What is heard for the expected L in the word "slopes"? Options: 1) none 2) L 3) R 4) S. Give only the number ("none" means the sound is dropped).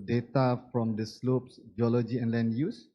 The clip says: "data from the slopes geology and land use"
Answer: 2